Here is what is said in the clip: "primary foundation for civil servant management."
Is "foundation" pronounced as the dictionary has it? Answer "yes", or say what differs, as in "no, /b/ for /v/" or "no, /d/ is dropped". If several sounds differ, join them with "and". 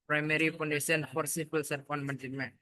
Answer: no, /p/ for /f/